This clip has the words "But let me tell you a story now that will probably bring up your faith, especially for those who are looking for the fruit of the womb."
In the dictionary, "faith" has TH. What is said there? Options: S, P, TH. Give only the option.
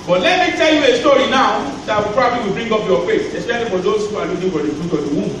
S